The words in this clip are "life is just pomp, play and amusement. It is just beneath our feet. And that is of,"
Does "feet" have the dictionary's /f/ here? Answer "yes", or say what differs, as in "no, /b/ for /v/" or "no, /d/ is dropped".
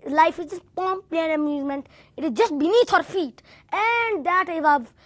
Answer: yes